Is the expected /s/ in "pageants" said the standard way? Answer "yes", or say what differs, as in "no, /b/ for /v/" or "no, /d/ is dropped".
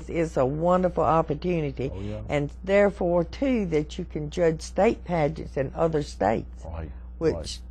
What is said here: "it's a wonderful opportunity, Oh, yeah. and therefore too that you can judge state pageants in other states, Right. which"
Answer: yes